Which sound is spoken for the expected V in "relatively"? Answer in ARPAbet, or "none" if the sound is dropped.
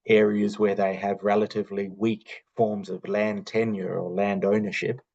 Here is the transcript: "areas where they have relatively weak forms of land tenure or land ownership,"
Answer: V